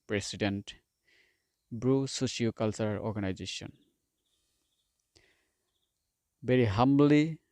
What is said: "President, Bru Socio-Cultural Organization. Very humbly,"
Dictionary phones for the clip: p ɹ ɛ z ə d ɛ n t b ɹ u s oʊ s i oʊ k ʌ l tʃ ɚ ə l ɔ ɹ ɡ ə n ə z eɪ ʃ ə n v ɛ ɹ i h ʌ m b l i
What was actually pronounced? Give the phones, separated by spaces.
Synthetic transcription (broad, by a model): p ɹ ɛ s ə d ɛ n t b ɹ u s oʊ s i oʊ k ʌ l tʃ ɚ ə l ɔ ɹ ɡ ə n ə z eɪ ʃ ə n b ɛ ɹ i h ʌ m b l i